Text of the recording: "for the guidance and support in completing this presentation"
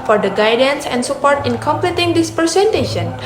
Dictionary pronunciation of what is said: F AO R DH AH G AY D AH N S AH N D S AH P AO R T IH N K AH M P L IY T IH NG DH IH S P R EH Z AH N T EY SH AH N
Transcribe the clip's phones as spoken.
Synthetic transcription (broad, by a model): F AO R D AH G AY D AH N S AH N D S AH P AO R T IH N K AH M P L IY T IH NG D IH S P R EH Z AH N T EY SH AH N